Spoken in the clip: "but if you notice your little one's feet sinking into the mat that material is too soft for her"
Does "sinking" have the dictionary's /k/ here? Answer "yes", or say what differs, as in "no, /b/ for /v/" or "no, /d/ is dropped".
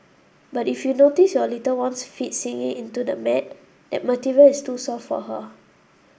no, /k/ is dropped